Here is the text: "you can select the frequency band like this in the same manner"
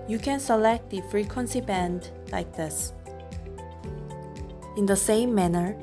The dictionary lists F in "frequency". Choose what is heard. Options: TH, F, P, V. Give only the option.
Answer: F